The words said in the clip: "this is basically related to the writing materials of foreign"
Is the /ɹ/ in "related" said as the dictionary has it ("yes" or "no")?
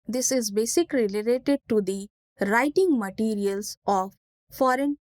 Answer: no